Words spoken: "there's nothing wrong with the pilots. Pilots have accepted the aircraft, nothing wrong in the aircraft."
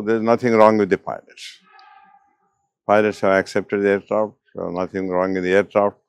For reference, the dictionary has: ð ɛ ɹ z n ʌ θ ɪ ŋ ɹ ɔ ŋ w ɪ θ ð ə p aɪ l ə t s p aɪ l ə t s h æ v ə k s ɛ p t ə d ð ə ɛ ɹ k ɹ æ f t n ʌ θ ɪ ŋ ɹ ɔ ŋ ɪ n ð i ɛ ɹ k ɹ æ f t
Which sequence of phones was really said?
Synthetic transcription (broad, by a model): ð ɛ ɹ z n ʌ t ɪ ŋ ɹ ɔ ŋ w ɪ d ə p aɪ l ə t s p aɪ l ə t s h æ v ə k s ɛ p t ə d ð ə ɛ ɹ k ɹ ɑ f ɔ n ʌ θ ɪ ŋ ɹ ɔ ŋ ɪ n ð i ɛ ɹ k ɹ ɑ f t